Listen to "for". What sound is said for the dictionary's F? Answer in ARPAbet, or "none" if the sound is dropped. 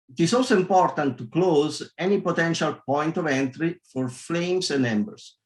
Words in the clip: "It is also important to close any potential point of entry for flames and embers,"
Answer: F